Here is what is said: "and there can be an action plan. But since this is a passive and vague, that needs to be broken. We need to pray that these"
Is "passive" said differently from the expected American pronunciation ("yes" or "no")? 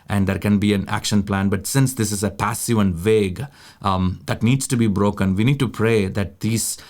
no